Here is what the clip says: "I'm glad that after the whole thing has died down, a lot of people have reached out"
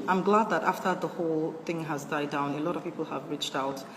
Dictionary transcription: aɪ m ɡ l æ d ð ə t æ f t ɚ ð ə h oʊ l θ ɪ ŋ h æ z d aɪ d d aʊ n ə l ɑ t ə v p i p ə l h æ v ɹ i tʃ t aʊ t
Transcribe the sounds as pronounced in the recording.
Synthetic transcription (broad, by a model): aɪ m ɡ l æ d ð ə t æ f t ɚ ð ə h oʊ l θ ɪ ŋ h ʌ z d aɪ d d aʊ n ə l ɑ t ə v p i p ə l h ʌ v ɹ i tʃ t aʊ t